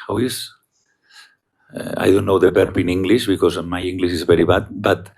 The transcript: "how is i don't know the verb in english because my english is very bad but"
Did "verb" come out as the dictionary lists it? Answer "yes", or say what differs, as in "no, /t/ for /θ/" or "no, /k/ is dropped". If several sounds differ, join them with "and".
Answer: no, /b/ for /v/